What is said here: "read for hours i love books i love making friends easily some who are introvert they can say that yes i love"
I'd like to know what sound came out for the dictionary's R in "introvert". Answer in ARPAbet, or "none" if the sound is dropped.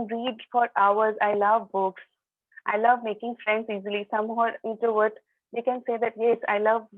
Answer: none